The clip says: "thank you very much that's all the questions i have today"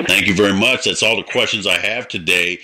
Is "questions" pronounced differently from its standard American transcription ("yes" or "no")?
no